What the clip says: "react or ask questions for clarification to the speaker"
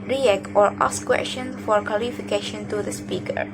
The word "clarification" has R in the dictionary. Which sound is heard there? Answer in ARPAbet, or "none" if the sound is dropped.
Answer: L